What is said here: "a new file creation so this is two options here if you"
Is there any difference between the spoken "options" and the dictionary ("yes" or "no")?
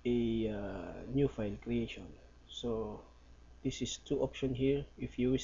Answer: yes